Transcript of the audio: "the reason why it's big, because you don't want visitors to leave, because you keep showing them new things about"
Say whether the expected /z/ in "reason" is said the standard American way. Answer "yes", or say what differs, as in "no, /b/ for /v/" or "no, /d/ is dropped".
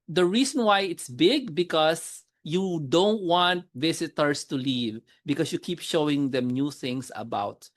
no, /s/ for /z/